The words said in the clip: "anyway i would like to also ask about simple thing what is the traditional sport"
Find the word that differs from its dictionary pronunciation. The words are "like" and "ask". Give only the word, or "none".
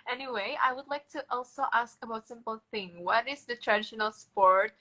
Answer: none